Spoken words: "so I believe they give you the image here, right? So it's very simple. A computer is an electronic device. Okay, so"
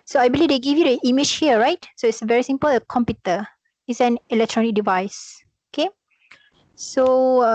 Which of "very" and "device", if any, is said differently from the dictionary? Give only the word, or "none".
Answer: none